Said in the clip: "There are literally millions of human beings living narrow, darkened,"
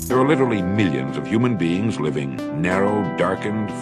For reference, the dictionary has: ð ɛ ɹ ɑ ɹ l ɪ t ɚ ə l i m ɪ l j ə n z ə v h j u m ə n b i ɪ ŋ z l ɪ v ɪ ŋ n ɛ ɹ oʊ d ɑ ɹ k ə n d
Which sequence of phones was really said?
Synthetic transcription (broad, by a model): ð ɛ ɹ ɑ ɹ l ɪ t ɚ l i m ɪ l j ə n z ə v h j u m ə n b i ɪ ŋ z l ɪ v ɪ ŋ n ɛ ɹ oʊ d ɑ ɹ k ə n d